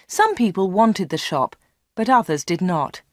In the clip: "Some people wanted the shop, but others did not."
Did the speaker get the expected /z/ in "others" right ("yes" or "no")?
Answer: yes